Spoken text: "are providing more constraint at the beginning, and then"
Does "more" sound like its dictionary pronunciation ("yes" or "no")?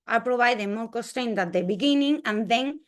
no